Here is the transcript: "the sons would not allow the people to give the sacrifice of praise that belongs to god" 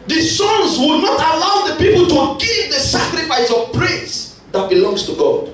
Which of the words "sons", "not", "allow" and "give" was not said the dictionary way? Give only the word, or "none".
sons